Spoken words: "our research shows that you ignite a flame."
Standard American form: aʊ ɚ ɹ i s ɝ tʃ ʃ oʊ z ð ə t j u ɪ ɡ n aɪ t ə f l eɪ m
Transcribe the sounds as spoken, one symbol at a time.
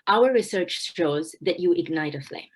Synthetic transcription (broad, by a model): aʊ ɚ ɹ i s ɝ tʃ ʃ oʊ z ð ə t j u ɪ ɡ n aɪ t ə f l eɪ